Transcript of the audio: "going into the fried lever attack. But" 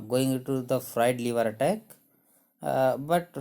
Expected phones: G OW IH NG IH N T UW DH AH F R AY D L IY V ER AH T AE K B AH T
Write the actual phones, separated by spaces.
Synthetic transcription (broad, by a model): G OW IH NG IH N T UW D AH F R AY D L IY V ER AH T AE K B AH T